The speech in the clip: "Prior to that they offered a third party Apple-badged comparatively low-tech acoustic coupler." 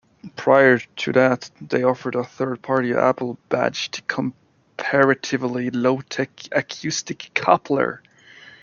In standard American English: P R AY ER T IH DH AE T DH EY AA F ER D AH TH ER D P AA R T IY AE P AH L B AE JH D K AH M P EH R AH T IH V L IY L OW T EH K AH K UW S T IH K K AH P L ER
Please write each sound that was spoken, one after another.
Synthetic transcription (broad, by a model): P R AY ER T IH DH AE T DH EY AA F ER D AH TH ER D P AA R T IY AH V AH L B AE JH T K AH M P EH R AH T IH V L IY L OW T EH K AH K UW S T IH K K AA P L ER